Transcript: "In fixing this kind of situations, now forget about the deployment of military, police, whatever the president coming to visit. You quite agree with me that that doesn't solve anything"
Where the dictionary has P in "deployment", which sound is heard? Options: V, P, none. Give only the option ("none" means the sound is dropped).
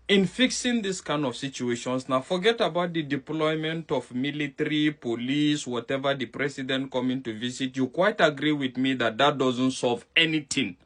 P